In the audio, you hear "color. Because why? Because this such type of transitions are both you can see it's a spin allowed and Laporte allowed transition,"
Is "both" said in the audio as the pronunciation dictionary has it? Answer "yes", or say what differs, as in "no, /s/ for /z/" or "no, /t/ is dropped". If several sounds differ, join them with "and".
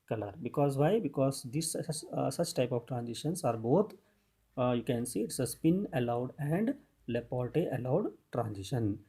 no, /t/ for /θ/